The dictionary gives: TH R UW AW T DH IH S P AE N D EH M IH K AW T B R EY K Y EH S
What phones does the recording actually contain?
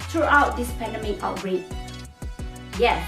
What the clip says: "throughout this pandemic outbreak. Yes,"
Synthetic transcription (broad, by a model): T R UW AW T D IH S P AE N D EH M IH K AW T R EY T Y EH